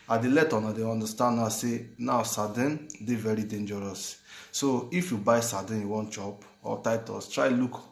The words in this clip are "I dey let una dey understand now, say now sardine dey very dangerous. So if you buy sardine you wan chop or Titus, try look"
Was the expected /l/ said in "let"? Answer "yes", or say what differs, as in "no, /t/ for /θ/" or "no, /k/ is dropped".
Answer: yes